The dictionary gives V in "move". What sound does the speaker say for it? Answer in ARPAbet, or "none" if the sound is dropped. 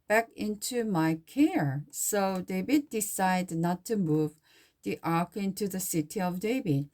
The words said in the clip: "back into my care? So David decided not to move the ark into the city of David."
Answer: V